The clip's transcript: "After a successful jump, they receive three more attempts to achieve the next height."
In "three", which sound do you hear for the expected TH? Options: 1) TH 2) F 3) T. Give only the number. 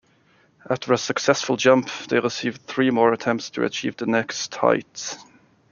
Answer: 1